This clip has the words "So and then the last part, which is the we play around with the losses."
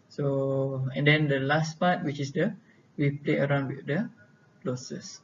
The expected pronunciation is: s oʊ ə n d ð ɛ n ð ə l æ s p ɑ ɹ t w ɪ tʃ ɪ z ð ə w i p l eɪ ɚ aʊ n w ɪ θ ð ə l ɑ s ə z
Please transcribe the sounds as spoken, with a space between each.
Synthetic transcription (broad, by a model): s oʊ ə n d ɛ n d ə l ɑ s p ɑ t w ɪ tʃ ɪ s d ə w i p l eɪ ɚ aʊ n w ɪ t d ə l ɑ s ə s